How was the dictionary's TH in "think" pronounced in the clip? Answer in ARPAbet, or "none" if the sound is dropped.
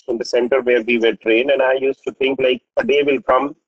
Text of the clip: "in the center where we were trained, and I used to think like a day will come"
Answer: T